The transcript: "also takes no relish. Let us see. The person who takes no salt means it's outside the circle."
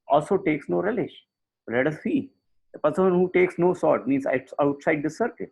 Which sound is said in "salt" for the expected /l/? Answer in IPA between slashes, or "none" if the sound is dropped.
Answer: none